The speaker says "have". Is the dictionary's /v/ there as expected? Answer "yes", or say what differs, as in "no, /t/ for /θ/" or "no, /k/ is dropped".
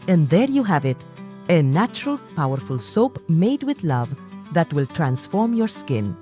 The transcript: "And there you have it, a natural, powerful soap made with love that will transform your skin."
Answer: yes